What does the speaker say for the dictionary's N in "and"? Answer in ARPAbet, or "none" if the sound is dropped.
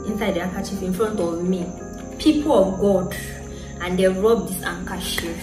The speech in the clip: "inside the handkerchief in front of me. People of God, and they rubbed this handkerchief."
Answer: N